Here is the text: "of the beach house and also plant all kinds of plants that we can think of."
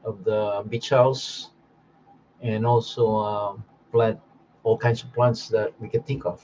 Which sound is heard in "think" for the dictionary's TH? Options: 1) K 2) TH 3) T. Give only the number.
3